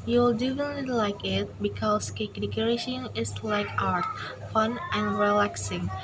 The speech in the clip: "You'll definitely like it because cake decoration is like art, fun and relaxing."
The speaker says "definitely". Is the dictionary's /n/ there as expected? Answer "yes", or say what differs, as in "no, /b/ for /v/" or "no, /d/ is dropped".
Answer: no, /n/ is dropped